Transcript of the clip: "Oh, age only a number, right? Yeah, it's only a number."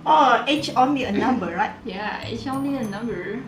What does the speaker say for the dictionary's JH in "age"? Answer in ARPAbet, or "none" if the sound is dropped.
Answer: CH